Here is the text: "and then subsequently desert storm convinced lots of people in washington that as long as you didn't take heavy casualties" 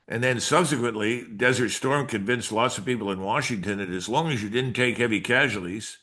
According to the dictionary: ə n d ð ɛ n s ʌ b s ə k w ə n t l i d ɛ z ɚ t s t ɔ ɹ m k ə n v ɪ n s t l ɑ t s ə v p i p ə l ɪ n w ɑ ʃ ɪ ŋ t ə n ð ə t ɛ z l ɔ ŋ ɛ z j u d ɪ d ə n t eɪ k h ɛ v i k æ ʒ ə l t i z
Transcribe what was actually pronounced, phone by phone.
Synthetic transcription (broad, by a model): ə n ð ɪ n s ʌ b s ə k w ə n t l i d ɛ z ɚ t s t ɔ ɹ m k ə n v ɪ n s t l ɑ t s ə v p i p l ɪ n w ɑ ʃ ɪ ŋ t ə n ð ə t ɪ z l ɔ ŋ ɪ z j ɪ d ɪ d n t eɪ k h ɛ v i k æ ʒ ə l i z